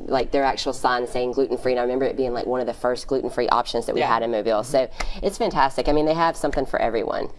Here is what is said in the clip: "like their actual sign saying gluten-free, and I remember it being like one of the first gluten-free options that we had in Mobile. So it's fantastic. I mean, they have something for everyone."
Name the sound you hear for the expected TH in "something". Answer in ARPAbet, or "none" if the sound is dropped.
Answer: TH